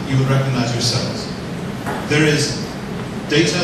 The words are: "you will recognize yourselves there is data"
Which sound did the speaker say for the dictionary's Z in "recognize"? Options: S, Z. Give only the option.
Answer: Z